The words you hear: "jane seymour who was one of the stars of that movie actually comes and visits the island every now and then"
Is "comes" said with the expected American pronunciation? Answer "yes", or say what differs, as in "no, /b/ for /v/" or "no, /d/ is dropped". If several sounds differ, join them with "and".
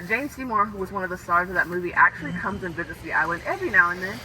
yes